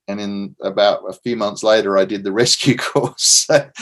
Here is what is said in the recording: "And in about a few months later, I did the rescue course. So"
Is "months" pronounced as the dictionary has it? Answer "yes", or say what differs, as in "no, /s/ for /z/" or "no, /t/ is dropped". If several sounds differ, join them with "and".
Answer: yes